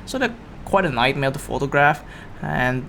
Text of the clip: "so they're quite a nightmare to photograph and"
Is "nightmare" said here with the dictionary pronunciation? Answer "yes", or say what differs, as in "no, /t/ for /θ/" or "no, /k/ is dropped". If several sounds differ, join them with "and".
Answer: no, /l/ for /ɹ/